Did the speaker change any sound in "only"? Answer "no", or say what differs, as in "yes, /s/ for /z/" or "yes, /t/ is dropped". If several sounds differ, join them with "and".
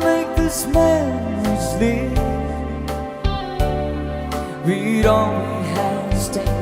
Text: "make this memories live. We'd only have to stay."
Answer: yes, /w/ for /l/